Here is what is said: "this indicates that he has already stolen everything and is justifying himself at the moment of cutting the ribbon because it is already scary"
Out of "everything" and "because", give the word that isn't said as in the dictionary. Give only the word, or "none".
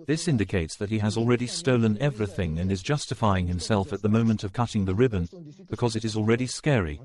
none